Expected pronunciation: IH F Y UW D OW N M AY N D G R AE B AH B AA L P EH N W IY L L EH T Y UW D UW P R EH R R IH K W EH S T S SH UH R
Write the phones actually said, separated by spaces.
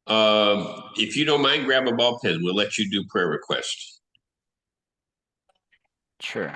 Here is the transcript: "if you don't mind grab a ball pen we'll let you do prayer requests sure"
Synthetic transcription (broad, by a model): IH F Y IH D OW N M AY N G R AE B AH B AA L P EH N W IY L L EH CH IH D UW P R EH R R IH K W EH S T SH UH R